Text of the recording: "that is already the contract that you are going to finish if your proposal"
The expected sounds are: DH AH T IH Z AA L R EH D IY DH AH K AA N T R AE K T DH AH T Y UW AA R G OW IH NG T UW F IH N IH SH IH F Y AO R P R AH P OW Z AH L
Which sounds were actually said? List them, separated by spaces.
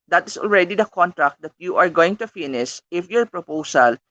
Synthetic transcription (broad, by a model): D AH T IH S AA L R EH D IY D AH K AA N T R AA K T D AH T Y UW AA R G OW IH NG T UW F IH N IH S IH F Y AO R P R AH P OW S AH L